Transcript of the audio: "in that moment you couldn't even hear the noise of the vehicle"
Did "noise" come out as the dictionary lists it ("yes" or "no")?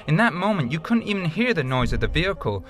yes